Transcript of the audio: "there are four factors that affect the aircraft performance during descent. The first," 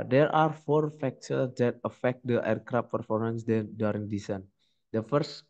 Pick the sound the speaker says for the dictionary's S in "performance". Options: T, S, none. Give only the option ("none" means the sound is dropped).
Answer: S